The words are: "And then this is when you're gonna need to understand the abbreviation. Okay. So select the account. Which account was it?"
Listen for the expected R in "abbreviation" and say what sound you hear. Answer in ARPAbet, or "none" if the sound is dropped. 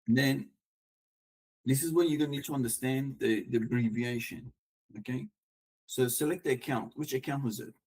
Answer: R